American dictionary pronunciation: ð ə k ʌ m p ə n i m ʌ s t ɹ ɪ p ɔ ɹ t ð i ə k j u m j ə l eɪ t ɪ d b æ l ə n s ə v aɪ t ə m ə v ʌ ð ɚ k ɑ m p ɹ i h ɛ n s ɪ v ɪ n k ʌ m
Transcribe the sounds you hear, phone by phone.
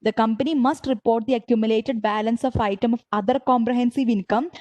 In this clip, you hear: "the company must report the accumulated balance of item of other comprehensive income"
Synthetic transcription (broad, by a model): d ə k ʌ m p ə n i m ʌ s t ɹ ɪ p ɔ ɹ t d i ə k j u m j ə l eɪ t ɪ d b æ l ə n s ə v aɪ t ə m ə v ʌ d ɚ k ɑ m p ɹ i h ɛ n s ɪ v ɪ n k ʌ m